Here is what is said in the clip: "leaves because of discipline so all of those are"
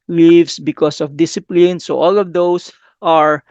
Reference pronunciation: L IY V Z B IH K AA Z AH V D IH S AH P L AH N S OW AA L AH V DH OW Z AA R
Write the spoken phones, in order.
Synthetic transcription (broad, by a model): L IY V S B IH K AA S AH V D IH S AH P L AH N S OW AA L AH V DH OW S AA R